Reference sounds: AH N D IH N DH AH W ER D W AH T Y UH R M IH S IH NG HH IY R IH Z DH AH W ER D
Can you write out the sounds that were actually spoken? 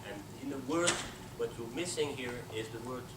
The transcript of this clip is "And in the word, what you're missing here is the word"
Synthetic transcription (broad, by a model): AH N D IH N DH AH W ER D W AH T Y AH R M IH S IH NG HH IY R IH Z DH AH W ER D